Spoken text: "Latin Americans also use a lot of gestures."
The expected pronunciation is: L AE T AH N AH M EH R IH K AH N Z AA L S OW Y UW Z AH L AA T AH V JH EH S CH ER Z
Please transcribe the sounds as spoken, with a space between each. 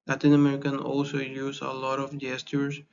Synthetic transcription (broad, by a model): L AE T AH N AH M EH R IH K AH N AA L S OW Y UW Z AH L AA T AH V JH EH S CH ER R